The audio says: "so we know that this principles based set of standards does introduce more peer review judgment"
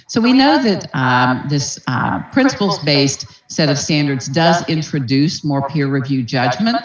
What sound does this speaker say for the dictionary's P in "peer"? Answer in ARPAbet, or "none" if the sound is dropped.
P